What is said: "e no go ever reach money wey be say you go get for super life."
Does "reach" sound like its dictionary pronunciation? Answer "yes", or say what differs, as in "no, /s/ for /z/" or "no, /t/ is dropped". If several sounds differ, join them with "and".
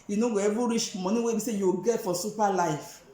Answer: no, /ʃ/ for /tʃ/